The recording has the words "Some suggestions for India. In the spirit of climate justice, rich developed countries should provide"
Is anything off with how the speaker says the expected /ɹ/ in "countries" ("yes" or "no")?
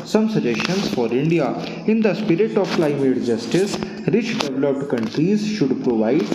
no